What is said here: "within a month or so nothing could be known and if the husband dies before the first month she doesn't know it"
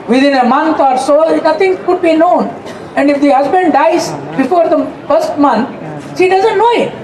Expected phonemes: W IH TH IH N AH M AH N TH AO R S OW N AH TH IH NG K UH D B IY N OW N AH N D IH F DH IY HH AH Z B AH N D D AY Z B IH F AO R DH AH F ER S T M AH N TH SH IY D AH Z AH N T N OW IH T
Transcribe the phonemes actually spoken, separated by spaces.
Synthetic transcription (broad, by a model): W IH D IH N AH M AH N T AO R S OW N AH T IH NG K UH D B IY N OW N AH N D IH F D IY HH AH Z B AH N D D AY Z B IH F AO R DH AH F ER S T M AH N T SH IY D AH Z AH N T N OW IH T